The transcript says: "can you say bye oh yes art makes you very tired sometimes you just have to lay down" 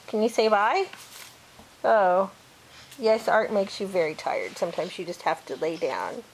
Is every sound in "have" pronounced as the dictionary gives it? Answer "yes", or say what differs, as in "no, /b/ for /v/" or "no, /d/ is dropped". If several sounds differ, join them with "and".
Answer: no, /f/ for /v/